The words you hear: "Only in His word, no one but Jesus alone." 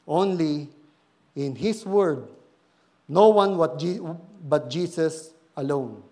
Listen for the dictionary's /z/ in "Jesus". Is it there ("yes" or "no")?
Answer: no